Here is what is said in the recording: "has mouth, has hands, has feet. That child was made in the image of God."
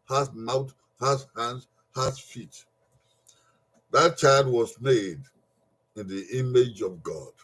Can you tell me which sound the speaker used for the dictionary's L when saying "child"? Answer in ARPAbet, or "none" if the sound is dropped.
L